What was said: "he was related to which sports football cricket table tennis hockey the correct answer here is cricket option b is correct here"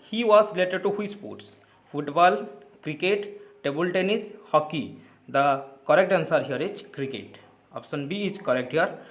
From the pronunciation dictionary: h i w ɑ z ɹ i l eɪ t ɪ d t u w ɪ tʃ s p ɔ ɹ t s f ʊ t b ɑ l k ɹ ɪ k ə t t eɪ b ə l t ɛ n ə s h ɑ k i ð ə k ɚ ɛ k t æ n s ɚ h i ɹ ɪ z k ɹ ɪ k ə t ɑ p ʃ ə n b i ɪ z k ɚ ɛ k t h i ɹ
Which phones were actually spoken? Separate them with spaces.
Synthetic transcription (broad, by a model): h i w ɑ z ɹ i l eɪ t ɪ d t u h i s p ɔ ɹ t s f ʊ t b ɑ l k ɹ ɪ k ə t t eɪ b ə l t ɛ n ə s h ɑ k i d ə k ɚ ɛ k t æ n s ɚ h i ɹ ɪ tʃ k ɹ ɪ k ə t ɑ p s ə n b i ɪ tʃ k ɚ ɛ k t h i ɹ